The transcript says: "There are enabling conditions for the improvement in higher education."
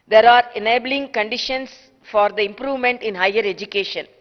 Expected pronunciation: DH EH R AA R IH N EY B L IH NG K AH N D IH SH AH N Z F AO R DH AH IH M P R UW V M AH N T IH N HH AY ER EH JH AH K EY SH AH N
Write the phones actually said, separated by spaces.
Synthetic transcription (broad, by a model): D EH R AA R IH N EY B L IH NG K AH N D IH SH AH N S F AO R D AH IH M P R UW V M AH N T IH N HH AY ER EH JH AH K EY SH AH N